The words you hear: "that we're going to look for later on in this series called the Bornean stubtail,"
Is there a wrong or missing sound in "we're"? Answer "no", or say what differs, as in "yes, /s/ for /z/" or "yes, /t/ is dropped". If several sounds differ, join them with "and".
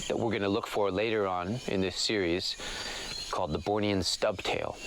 no